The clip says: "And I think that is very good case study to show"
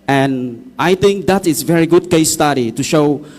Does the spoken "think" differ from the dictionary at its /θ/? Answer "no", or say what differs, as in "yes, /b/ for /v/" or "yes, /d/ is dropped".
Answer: yes, /t/ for /θ/